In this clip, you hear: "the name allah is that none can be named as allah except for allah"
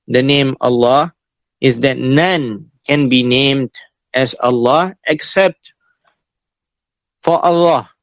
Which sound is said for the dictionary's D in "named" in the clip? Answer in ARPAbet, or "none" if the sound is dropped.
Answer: D